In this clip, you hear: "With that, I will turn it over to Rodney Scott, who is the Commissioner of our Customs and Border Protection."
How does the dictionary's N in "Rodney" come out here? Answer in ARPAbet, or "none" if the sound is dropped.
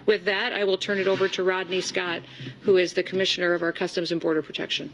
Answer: N